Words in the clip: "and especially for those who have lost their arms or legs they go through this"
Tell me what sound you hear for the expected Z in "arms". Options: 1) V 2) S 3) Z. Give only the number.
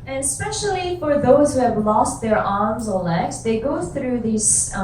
3